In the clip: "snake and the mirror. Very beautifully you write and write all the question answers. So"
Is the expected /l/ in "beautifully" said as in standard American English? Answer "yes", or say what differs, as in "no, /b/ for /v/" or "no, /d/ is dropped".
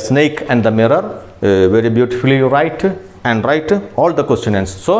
no, /l/ is dropped